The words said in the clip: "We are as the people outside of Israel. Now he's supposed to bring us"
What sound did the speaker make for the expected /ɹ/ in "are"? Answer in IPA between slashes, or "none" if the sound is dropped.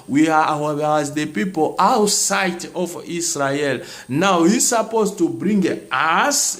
/w/